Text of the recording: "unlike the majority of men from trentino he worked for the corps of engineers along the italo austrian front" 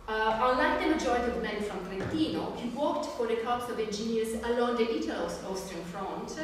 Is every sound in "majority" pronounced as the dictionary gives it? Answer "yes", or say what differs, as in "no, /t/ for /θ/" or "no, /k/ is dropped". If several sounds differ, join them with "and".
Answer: no, /ɹ/ is dropped